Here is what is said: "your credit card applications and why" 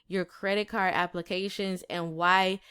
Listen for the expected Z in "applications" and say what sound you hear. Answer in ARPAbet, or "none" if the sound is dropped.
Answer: Z